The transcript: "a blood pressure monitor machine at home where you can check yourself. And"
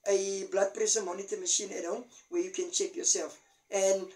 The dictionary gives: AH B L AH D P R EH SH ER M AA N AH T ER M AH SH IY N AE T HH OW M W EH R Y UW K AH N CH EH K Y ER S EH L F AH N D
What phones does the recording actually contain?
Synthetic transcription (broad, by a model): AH B L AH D P R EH S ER M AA N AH T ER M AH SH IY N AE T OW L W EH Y UW K AH N CH EH K Y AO S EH L F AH N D